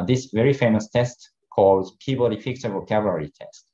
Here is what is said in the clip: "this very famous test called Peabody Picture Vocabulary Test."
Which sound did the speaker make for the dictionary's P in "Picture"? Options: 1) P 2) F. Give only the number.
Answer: 2